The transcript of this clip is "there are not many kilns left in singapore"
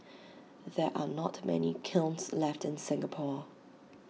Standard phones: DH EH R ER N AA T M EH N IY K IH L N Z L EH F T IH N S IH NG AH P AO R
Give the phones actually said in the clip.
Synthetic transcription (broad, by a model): DH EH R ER N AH T M EH N IY K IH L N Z L EH F T IH N S IH NG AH P AO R